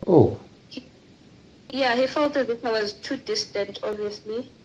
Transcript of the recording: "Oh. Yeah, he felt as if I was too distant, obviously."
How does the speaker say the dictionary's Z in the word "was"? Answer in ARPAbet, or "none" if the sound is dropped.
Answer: Z